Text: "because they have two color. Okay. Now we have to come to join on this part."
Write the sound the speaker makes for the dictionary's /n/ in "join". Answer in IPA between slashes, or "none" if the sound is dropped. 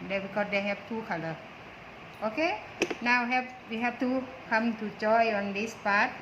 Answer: none